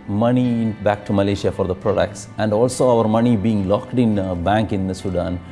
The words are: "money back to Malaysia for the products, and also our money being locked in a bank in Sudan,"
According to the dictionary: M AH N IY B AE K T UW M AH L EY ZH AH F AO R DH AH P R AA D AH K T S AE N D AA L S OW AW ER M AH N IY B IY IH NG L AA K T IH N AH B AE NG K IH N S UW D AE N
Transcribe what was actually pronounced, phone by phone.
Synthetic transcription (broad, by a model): M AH N IY B AE K T UW M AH L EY SH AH F AO R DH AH P R AA D AH K T S AE N D AA L S OW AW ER M AH N IY B IY IH NG L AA K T IH N B AE NG K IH N S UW D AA N